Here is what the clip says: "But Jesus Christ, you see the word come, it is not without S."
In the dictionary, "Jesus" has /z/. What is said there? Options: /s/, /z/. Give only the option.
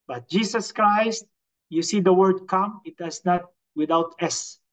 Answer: /s/